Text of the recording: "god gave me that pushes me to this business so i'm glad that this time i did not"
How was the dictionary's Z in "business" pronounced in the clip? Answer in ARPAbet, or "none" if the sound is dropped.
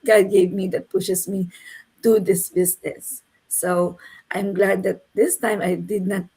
S